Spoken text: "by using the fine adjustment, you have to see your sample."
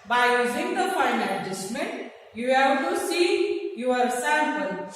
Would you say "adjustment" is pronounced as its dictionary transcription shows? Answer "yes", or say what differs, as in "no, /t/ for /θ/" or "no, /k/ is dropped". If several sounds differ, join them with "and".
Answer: no, /n/ is dropped